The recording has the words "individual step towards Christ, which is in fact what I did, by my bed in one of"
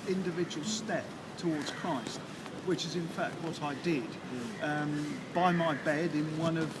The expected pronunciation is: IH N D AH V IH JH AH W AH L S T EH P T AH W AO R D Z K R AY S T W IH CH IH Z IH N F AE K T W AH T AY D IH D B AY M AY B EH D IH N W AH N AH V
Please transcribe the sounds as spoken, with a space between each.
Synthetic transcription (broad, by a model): IH N D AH V IH JH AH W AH L S T EH P T AH W AO R D Z K R AY S T W IH CH IH Z IH N F AE K T W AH T AY D IH D B AY M AY B EH D IH N W AH N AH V